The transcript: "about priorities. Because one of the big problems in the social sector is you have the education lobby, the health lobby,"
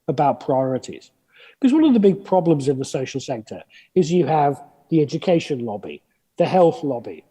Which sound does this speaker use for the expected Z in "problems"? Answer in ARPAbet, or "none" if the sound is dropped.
Z